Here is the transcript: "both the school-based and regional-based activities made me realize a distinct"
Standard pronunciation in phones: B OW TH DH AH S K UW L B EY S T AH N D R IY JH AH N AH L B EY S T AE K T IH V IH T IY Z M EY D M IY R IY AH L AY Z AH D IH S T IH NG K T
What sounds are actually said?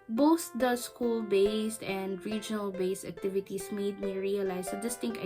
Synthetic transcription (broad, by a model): B OW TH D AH S K UW L B EY S T AH N D R IY JH AH N AH L B EY S T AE K T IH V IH T IY S M EY D M IY R IY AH L AY S AH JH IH S T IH NG K